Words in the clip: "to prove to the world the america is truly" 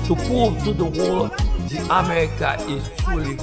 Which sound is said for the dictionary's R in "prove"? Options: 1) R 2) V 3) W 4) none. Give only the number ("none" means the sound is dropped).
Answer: 4